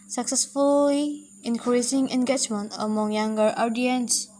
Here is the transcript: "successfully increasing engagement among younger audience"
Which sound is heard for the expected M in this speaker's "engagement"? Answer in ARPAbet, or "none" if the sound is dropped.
M